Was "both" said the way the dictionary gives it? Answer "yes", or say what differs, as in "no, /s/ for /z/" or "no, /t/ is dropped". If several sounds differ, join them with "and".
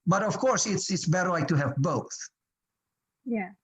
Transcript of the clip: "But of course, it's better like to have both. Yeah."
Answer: yes